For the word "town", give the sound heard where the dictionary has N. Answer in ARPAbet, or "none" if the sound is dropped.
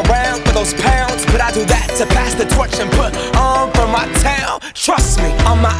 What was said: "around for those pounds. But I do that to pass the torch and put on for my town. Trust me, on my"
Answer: N